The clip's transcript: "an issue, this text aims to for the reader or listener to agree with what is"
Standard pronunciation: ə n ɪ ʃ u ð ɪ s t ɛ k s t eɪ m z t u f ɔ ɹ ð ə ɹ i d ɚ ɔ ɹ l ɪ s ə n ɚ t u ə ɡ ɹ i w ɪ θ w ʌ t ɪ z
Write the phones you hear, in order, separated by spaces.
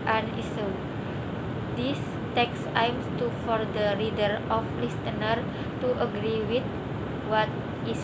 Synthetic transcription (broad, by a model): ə n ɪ s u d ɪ s t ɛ k s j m s t u f ɔ ɹ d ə ɹ i d ɚ ɔ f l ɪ s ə n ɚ t u ə ɡ ɹ i w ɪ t w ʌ t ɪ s